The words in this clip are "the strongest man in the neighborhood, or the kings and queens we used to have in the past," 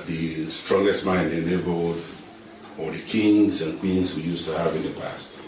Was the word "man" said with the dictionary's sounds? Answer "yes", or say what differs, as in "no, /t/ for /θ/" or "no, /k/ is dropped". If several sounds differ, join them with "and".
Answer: no, /n/ is dropped